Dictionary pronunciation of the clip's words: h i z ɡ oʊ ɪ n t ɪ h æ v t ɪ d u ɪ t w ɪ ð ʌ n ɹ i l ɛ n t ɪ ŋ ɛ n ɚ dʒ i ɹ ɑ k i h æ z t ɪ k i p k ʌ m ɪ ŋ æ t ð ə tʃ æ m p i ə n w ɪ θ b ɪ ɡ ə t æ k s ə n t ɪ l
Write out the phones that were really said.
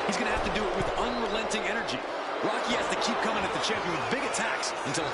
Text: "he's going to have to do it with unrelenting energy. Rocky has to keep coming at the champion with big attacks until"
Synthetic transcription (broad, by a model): h i z ɡ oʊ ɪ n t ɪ h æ f t ɪ d ɪ t w ɪ ð ʌ n ɹ i l ɛ n t ɪ ŋ ɛ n ɚ dʒ i ɹ ɑ k i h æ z t ɪ k i p k ʌ m ɪ ŋ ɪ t ð ə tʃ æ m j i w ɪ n b ɪ ɡ ə t æ k s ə n t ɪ l